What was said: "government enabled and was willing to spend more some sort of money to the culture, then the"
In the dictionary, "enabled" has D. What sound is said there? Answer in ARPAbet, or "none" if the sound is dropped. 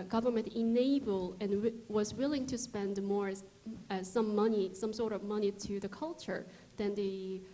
none